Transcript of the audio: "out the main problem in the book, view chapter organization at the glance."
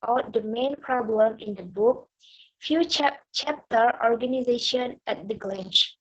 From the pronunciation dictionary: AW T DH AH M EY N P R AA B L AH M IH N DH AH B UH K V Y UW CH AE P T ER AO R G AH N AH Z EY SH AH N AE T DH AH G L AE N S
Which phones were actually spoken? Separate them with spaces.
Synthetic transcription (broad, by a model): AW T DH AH M EY N P R AA B L AH M IH N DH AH B UH K F Y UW CH AE P T ER AO R G AH N AH Z EY SH AH N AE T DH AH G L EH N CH